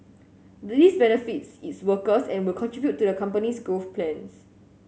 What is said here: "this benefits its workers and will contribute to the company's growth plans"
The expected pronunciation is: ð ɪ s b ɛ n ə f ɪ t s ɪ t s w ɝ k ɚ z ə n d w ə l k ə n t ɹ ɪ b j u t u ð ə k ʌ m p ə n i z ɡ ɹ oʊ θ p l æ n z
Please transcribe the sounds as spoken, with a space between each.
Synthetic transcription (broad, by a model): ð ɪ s b ɛ n ə f ɪ t s ɪ t s w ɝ k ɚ s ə n w ə l k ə n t ɹ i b j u t u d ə k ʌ m p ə n i s ɡ oʊ f p l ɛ n s